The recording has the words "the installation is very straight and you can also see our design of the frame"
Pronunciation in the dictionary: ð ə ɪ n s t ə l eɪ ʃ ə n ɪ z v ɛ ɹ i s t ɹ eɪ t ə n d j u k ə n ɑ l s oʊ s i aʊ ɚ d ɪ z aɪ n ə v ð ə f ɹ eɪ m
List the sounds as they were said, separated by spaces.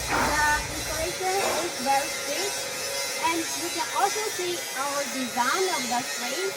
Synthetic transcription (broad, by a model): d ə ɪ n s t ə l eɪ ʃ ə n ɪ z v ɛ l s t eɪ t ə n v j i k ə n ɑ l s oʊ s i aʊ ɚ d ɪ z aɪ n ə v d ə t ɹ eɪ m